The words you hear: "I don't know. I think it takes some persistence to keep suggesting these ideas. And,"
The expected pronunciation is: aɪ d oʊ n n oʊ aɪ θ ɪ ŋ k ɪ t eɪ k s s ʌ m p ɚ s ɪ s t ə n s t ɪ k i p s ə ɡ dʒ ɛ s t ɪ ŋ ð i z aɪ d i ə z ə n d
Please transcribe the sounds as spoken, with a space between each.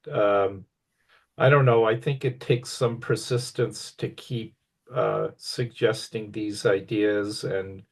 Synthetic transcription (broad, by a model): aɪ d oʊ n n oʊ aɪ θ ɪ ŋ k ɪ t eɪ k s s ʌ m p ɚ s ɪ s t ə n s t ɪ k i p s ə ɡ dʒ ɛ s t ɪ ŋ ð i z aɪ d i ə z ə n